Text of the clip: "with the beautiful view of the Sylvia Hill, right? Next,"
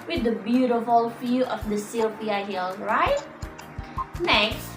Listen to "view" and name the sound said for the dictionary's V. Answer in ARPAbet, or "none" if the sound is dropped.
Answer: F